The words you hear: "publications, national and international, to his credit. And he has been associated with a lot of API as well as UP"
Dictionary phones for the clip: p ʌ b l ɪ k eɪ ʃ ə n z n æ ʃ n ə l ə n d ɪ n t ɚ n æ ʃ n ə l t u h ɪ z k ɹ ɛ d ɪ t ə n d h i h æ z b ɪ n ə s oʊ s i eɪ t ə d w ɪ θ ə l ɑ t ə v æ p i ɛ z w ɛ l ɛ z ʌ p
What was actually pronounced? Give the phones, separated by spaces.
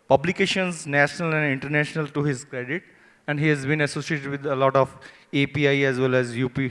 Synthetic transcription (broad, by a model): p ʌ b l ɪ k eɪ ʃ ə n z n æ ʃ n ə l ə n d ɪ n t ɚ n æ ʃ n ə l t u h ɪ z k ɹ ɛ d ɪ t ə n d h i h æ z b ɪ n ə s oʊ s i eɪ t ə d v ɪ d ə l ɑ t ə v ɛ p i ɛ z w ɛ l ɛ z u p